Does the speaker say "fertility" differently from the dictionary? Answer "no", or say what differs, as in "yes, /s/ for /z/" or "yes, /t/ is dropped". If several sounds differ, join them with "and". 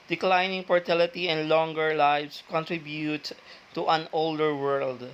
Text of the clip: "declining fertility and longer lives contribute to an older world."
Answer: yes, /p/ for /f/